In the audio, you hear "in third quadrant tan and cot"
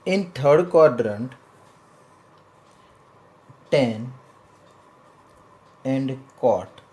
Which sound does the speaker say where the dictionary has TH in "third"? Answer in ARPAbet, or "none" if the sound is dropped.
T